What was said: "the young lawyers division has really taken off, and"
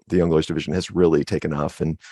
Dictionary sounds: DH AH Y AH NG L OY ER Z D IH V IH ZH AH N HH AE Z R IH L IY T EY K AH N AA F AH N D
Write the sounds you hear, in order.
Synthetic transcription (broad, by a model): DH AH Y AH NG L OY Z D IH V IH ZH AH N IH Z R IH L IY T EY K AH N AA F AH N